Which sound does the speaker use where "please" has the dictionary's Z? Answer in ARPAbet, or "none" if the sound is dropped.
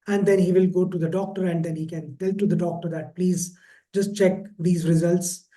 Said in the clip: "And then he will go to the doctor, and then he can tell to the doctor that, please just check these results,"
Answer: Z